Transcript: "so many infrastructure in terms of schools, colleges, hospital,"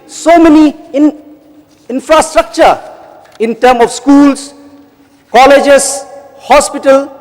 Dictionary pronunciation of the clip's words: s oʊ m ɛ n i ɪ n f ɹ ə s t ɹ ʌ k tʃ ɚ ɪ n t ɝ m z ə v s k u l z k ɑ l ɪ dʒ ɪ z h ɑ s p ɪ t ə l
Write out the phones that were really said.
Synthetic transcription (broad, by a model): s oʊ m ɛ n i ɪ n f ɹ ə s t ɹ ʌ k tʃ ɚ ɪ n t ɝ m ə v s k u l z k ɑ l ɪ dʒ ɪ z h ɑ s p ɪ t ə l